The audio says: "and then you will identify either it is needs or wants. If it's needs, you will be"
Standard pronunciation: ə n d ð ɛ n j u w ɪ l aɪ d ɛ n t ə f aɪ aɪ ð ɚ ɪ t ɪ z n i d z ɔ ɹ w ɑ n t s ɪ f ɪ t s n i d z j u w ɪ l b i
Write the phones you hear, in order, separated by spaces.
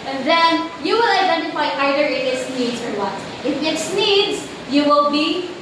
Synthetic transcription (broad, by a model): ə n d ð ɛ n j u w ɪ l aɪ d ɛ n t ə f aɪ aɪ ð ɚ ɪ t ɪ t n i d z ɔ ɹ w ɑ t ɪ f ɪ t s n i d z j u w ɪ l b i